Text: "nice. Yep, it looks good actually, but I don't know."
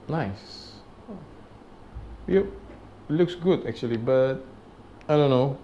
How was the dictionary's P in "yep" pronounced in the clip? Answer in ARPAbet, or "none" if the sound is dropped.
none